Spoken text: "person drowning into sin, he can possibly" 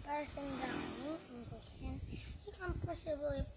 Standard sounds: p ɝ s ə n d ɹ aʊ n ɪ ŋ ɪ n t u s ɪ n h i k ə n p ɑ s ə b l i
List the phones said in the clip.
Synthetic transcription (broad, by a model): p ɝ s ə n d aʊ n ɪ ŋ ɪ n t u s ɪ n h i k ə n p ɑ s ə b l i